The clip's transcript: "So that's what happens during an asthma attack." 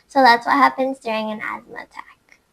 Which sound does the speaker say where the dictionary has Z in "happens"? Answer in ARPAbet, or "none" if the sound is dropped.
Z